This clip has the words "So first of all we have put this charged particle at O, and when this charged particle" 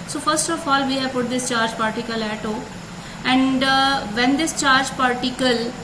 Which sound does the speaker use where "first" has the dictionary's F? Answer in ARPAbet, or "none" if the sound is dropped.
F